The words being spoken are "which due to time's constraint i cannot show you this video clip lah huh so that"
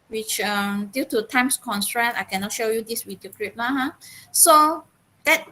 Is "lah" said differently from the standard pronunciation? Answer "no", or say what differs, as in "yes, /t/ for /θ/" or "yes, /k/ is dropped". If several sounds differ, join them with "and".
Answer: yes, /n/ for /l/